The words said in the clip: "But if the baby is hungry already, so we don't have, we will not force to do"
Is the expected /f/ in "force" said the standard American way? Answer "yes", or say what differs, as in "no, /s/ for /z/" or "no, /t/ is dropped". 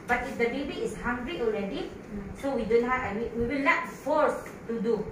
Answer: yes